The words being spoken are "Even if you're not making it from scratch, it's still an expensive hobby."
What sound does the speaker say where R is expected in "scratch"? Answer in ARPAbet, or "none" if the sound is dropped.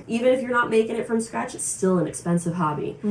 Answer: R